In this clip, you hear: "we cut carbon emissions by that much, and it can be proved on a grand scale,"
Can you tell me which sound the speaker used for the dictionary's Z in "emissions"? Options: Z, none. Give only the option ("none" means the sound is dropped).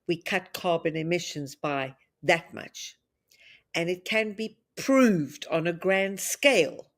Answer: Z